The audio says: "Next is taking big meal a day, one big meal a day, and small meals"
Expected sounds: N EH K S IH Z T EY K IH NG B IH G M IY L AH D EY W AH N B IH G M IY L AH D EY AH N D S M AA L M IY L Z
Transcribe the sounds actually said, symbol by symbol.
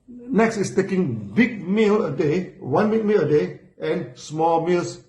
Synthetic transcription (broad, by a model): N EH K S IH S T EY K IH NG B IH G M IY L AH D EY W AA N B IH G M IY L AH D EY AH N S M AA L M IY L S